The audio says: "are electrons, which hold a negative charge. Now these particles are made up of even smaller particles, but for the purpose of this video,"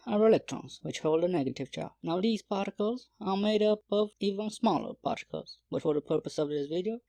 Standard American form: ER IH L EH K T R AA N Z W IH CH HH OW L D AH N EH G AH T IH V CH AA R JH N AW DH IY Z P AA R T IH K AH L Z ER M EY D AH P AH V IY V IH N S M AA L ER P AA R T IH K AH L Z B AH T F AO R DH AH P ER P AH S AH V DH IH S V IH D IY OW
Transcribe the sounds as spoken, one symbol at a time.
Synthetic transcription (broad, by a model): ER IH L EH K T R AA N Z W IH CH HH OW L D AH N EH G AH T IH V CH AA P N AW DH IY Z P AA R T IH K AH L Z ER M EY D AH P AH V IY V IH N S M AA L ER P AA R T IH K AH L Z B AH T F AO R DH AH P ER P AH S AH V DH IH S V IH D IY OW